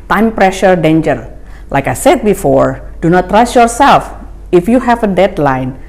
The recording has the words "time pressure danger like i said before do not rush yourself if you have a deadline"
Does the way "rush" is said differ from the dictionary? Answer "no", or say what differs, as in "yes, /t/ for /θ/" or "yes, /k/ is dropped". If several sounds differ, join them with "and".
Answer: yes, /s/ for /ʃ/